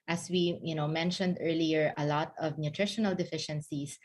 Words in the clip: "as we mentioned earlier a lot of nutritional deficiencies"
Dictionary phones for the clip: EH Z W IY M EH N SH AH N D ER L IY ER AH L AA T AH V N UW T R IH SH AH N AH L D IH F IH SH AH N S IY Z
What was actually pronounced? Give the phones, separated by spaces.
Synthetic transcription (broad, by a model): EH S W IY M EH N SH AH N D ER L IY ER AH L AA T AH V N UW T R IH SH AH N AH L D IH F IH SH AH N S IY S